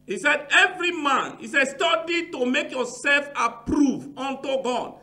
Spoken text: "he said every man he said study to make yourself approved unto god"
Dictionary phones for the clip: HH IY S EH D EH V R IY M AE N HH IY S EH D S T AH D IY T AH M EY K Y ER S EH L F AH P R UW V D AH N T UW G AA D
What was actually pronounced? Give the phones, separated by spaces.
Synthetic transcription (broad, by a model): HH IY S EH D EH V R IY M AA N HH IY S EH S T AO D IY T AH M EY K Y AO S EH L F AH P R UW V AO N T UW G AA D